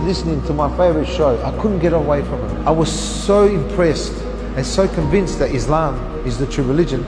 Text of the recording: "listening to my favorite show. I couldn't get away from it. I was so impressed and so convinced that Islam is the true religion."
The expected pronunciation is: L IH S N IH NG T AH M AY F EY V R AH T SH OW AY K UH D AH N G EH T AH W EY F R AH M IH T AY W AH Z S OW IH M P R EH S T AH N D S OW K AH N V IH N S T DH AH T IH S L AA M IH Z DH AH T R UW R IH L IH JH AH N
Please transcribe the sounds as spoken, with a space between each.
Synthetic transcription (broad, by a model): L IH S N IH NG T AH M AY F EY V R AH T SH OW AY K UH D N G EH T AH W EY F R AH M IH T AY W AH Z S OW IH M P R EH S T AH N S OW K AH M V IH N S T DH AH T IH S L AA M IH Z DH AH T R UW R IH L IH JH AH N